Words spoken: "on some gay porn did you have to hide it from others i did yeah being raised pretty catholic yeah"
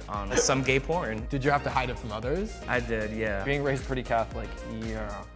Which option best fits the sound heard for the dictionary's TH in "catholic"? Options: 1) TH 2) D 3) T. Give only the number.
1